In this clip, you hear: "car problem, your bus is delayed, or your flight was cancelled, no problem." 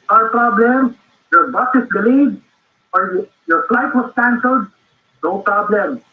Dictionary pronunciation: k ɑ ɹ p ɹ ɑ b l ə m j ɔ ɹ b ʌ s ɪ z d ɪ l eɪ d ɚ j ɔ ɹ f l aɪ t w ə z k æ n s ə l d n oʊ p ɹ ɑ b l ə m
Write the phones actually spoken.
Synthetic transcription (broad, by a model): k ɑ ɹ p ɹ ɑ b l ə m j ɔ ɹ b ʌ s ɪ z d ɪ l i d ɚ j ɔ ɹ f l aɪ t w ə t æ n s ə d n oʊ p ɹ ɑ b l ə m